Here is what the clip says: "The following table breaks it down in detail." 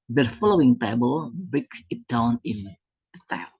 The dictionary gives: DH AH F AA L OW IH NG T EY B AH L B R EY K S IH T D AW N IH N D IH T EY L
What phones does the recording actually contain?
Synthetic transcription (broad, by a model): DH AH F AA L OW IH NG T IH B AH L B EY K IH T D AW N IH N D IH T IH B